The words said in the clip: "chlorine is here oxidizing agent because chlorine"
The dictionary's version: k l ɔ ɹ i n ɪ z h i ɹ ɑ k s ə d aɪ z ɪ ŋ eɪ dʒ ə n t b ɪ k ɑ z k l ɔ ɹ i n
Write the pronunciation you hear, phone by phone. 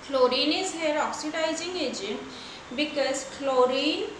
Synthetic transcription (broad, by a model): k l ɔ ɹ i n ɪ z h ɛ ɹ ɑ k s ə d aɪ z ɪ ŋ eɪ dʒ ə n t b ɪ k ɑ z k l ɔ ɹ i n